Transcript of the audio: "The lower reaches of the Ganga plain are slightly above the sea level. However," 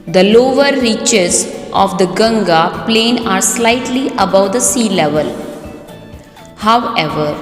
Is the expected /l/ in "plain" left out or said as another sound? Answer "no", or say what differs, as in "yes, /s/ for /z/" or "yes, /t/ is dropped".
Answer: no